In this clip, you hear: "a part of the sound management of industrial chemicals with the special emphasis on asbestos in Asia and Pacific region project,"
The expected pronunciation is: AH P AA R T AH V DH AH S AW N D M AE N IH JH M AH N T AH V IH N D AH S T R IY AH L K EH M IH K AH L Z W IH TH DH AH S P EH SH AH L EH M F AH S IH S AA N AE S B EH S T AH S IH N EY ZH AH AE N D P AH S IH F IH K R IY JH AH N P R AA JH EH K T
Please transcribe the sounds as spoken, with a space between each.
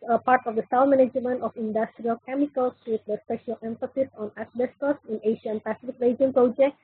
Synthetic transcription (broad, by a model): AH P AA R T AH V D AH S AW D M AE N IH JH M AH N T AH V IH N D AH S T R IY AH L K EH M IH K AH L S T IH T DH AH S P EH SH AH L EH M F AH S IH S AA N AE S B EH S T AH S IH N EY SH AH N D P AH S IH F IH K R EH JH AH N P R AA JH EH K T